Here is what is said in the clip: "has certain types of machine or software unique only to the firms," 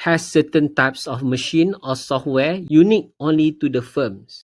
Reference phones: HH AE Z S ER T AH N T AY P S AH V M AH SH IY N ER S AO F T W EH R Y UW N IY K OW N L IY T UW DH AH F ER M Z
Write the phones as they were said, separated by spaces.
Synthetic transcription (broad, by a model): HH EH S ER T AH N T AY P S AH F M AH SH IY N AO S AO F T W EH Y UW N IY K OW N L IY T UW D AH F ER M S